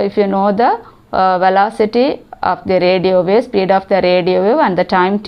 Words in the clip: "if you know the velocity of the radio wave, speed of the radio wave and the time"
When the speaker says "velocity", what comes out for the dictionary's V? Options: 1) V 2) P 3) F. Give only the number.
1